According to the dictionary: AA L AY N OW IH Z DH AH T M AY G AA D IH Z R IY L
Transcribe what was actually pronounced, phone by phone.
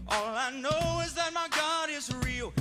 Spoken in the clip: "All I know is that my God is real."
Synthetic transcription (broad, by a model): AA L AY N OW IH Z DH AH T M AY G AA D IH Z R IY L